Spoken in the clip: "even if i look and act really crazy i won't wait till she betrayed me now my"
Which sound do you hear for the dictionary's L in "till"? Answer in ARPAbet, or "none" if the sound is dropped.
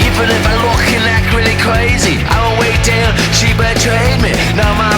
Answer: N